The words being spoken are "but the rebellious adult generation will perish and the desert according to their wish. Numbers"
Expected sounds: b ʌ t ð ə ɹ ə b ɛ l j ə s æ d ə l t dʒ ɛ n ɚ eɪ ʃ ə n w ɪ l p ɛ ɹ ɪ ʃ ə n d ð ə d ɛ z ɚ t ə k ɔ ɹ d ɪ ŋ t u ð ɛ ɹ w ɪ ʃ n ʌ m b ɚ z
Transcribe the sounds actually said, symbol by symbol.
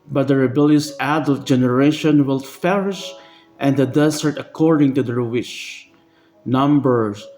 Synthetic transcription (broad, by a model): b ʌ t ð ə ɹ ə b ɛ l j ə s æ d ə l t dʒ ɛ n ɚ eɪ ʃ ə n w ɪ l f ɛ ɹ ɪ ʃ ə n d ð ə d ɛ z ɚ t ə k ɔ ɹ d ɪ ŋ t u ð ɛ ɹ w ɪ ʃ n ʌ m b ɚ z